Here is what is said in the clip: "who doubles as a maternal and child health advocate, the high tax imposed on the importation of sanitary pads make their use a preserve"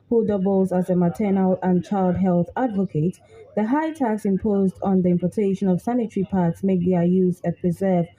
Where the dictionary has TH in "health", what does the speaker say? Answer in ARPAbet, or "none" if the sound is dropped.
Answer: TH